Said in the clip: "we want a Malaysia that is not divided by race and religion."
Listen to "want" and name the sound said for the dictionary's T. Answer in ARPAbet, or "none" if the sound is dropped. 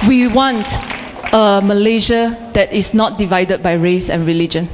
T